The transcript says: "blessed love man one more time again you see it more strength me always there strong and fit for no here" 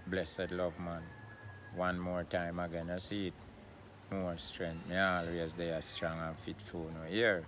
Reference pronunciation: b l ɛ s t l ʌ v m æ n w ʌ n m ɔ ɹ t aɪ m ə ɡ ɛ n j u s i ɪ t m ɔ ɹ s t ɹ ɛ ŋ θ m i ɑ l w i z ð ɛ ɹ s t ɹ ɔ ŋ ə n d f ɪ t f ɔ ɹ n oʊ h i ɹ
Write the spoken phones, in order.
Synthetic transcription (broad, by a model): b l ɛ s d l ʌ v m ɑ n w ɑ n m ɔ ɹ t aɪ m ə ɡ ɛ n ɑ s i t m ɔ ɹ s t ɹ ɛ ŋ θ m i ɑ l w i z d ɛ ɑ s t ɹ ɔ ŋ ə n f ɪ t f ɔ l n oʊ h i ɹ